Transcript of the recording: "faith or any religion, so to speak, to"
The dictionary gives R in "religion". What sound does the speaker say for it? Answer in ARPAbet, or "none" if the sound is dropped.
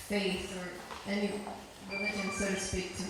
W